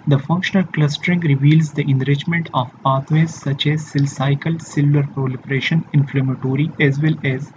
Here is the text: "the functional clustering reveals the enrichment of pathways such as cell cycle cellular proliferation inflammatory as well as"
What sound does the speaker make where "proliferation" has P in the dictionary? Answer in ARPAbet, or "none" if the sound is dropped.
P